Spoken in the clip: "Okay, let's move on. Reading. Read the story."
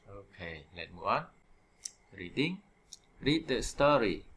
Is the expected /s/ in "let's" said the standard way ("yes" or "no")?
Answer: no